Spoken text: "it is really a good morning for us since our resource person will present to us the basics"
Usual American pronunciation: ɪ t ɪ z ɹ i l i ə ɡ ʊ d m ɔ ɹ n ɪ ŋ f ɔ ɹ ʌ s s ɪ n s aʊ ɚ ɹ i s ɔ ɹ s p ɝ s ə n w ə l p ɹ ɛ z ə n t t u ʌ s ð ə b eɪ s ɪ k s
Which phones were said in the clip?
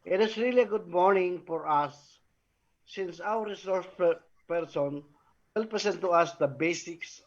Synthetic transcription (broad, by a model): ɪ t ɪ s ɹ i l i ə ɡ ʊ d m ɔ ɹ n ɪ ŋ f ɔ ɹ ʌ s s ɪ n s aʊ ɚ ɹ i s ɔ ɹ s p ɝ s ə n w ə l p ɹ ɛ s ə n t t u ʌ s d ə b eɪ s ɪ k s